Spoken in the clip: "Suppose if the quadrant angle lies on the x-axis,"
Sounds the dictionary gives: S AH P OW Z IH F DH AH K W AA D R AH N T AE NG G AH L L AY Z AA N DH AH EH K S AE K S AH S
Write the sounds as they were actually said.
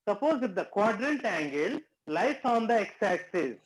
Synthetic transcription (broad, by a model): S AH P OW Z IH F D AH K W AA D R AH N T AE NG G AH L L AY S AA N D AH EH K S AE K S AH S